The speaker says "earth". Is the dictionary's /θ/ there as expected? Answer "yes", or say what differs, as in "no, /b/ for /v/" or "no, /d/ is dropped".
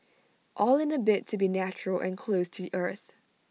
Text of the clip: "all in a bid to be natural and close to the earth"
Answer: yes